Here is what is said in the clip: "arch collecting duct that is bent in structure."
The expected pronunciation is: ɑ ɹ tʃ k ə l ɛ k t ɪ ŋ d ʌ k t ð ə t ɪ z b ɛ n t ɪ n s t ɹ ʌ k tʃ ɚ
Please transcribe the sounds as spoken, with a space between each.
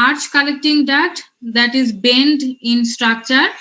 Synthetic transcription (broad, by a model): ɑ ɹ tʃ k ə l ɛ k t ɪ ŋ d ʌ t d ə t ɪ z b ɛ n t ɪ n s t ɹ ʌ k tʃ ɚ